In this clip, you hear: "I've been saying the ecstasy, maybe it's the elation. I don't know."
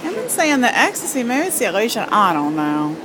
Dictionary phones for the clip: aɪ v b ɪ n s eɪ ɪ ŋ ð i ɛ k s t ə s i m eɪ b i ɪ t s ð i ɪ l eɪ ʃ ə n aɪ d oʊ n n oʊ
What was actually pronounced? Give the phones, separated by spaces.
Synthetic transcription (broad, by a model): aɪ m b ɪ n s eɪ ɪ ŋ ð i ɛ k s t ə s i m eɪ i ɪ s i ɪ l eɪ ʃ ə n aɪ d oʊ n n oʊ